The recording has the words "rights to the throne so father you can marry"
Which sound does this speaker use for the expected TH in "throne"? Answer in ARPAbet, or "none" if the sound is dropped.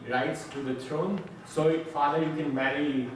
T